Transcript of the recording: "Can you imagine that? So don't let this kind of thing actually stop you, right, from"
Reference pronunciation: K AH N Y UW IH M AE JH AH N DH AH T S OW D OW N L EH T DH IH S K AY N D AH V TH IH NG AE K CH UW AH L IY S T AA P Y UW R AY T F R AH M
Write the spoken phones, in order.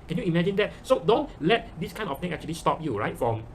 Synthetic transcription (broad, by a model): K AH N Y UW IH M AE JH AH N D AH T S OW D OW N L EH T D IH S K AY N AH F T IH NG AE K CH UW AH L IY S T AA P Y UW R AY T F R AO M